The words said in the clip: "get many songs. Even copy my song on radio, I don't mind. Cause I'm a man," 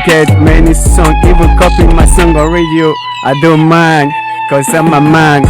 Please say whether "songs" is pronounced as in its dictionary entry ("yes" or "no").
no